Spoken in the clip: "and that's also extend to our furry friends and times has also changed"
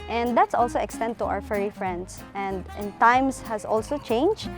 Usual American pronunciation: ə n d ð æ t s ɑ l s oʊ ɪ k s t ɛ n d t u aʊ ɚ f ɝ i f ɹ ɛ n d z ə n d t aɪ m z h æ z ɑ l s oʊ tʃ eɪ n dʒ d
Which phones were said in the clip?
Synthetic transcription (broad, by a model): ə n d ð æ t s ɑ l s oʊ ɪ k s t ɛ n d t u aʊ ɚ f ɝ i f ɹ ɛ n d s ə n d t aɪ m s h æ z ɑ l s oʊ tʃ eɪ n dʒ